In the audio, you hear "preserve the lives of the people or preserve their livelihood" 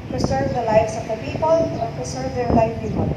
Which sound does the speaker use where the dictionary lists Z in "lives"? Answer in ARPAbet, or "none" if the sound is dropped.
S